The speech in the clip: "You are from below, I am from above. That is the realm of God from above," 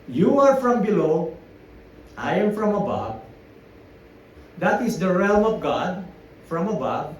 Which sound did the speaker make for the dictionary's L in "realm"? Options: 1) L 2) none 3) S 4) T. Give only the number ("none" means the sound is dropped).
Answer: 1